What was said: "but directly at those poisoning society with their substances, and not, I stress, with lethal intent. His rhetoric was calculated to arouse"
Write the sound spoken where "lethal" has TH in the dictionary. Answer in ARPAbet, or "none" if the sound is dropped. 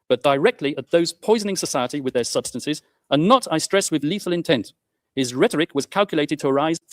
TH